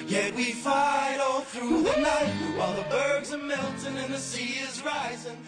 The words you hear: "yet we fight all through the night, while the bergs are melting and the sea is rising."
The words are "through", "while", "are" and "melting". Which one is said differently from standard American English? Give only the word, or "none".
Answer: melting